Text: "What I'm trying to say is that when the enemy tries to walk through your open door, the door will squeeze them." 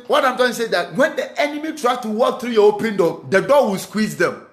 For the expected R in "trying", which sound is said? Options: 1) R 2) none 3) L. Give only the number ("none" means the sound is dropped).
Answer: 2